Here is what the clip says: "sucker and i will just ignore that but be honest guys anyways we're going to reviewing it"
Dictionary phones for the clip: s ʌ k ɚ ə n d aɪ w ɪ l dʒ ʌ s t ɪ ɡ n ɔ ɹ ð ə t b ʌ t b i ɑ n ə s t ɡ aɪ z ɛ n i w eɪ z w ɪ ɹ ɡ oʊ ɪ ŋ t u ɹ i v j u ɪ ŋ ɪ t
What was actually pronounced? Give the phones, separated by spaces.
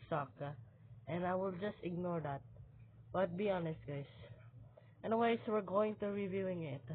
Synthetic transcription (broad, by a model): s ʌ k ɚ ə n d aɪ w ɪ l dʒ ʌ s t ɪ ɡ n ɔ ɹ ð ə t b ʌ t b i ɑ n ə s t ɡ aɪ s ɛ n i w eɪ s w ɪ ɹ ɡ oʊ ɪ ŋ t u ɹ i v j u ɪ ŋ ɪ t